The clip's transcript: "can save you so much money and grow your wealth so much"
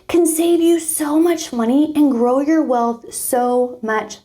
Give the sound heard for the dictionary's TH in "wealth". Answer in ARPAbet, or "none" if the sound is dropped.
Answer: TH